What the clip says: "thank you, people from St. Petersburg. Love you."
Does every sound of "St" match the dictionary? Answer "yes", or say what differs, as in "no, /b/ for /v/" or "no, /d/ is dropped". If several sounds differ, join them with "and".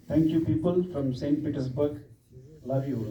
yes